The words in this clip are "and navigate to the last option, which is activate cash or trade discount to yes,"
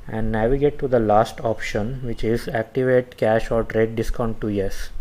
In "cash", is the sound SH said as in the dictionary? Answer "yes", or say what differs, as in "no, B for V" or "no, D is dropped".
yes